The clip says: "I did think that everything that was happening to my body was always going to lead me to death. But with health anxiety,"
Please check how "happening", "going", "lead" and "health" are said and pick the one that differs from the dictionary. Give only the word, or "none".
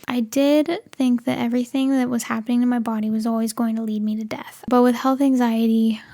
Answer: none